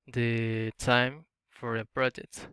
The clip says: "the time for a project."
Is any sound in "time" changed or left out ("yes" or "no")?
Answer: no